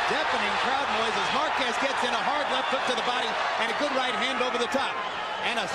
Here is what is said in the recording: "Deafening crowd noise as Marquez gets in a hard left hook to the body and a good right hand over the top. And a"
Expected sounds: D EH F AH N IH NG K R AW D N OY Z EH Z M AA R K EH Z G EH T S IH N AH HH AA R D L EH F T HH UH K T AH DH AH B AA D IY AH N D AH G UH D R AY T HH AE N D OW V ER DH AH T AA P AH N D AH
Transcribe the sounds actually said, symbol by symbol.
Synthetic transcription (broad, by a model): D EH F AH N IH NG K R AW D N OY Z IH Z M AA R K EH S G EH T S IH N AH HH AA R D L EH F T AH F T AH DH AH B AA D IY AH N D AH G UH D R AY T HH AE N D OW V ER DH AH T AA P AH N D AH